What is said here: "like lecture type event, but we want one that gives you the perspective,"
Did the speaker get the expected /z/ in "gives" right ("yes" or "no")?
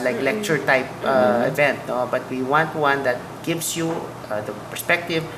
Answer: no